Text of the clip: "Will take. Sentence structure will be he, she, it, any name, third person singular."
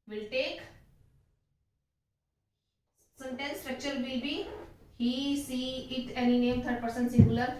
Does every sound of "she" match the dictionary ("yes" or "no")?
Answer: no